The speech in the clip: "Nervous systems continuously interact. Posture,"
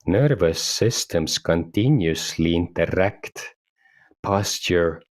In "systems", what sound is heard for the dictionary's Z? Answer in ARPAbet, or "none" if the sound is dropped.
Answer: S